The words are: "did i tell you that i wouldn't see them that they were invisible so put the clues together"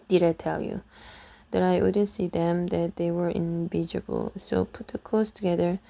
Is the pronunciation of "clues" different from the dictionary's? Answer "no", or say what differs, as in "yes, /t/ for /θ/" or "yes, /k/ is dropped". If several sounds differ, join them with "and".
yes, /s/ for /z/